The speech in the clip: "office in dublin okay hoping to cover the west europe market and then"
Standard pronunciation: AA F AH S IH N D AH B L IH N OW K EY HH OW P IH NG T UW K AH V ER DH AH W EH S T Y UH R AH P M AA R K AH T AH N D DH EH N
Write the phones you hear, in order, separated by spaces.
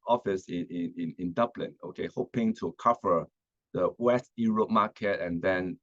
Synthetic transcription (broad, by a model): AA F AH S IH N D AH B L IH N OW K EY HH OW P IH NG T UW K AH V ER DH AH W EH S T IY R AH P M AA K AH T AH N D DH EH N